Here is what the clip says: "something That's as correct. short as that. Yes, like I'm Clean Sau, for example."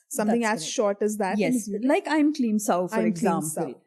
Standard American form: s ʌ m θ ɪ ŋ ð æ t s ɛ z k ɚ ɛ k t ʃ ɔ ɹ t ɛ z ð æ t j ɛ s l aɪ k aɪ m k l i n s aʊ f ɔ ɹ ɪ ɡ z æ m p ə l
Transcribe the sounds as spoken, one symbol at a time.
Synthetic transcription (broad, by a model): s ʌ m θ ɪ ŋ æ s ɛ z ʃ ɔ ɹ t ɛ z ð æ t j ɛ s l aɪ k aɪ m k l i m s aʊ f ɔ ɹ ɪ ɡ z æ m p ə l